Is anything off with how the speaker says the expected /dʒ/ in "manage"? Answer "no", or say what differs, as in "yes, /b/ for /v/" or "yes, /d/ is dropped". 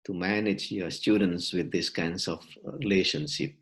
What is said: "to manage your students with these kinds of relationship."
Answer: no